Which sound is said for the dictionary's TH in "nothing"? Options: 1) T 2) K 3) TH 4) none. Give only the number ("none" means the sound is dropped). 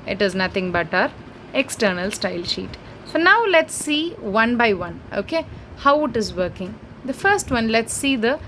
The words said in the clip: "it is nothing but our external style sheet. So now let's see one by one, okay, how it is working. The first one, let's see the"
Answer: 1